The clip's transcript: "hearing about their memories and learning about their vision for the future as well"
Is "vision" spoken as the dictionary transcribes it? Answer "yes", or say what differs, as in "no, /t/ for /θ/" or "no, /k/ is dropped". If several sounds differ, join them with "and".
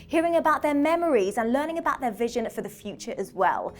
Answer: yes